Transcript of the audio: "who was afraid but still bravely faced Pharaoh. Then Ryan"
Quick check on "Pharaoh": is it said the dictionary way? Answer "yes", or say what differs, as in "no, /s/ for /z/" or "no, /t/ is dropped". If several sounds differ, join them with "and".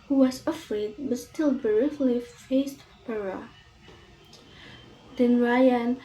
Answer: no, /p/ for /f/